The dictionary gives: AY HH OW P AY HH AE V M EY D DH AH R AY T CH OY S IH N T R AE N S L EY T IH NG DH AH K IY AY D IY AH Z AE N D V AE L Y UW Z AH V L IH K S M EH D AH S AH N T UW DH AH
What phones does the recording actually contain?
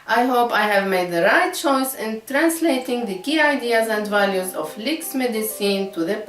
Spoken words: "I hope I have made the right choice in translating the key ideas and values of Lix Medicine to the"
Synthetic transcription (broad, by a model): AY HH OW P AY HH AE V M EY D DH AH R AY T CH OY S IH N T R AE N S L EY T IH NG DH AH K IY AY D IY AH Z AE N D V AE L Y UW Z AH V L IH K S M EH D AH S AH N T UW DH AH